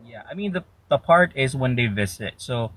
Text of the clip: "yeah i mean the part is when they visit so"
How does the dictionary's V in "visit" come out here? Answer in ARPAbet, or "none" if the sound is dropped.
V